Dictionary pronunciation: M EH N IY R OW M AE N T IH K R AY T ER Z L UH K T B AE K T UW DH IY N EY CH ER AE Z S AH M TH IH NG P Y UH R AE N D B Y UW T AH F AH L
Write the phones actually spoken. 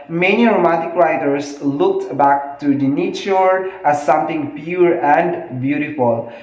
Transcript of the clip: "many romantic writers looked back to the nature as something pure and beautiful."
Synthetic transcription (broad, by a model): M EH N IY R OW M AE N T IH K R AY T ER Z L UH K T B AE K T UW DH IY N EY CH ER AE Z S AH M T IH NG P Y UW R AE N D B Y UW T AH F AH L